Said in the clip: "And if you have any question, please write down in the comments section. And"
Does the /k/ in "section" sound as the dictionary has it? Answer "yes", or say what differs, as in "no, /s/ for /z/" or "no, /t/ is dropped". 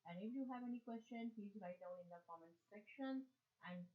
yes